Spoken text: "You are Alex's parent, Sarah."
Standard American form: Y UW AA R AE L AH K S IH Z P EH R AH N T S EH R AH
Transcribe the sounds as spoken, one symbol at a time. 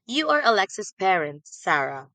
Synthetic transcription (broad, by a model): Y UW AA R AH L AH K S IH S P EH R AH N T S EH R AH